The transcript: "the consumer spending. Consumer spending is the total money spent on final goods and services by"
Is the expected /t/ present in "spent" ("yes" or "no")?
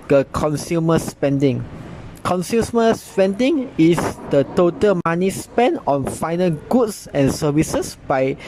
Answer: no